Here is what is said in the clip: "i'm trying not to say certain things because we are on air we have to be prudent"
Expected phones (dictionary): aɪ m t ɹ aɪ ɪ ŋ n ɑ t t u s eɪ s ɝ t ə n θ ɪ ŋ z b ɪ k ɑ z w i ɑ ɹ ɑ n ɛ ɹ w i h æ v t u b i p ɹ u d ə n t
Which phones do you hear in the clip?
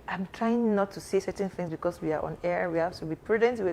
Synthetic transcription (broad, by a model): aɪ m t ɹ aɪ ɪ ŋ n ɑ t t u s eɪ s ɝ t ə n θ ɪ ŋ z b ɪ k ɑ s w i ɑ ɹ ɑ n ɛ ɹ w i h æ f t u b i p ɹ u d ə n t